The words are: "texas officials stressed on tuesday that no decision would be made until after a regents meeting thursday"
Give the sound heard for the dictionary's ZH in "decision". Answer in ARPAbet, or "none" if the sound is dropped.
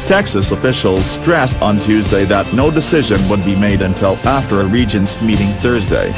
ZH